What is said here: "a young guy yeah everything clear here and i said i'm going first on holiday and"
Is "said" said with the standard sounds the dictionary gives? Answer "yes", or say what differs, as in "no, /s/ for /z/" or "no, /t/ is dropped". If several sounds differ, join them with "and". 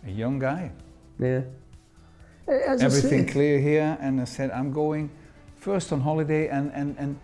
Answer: yes